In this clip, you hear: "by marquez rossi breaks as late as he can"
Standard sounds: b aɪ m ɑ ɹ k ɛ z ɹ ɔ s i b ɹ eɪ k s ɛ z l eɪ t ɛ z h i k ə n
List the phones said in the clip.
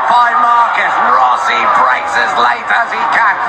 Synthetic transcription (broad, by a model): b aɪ m ɑ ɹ k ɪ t ɹ ɔ s i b ɹ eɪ s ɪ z l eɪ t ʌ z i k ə